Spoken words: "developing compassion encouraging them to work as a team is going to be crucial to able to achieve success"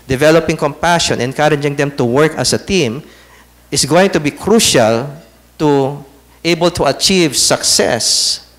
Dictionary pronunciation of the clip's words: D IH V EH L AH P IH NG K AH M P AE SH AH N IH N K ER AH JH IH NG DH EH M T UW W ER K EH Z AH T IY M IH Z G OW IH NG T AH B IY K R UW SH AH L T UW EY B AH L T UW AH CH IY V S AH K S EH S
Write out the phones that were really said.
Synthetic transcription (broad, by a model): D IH V EH L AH P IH NG K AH M P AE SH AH N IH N K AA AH JH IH NG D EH M T UW W ER K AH S AH T IY M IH S G OW IH NG T AH B IY K R UW SH AH L T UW EY B AH L T UW AH CH IY V S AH K S EH S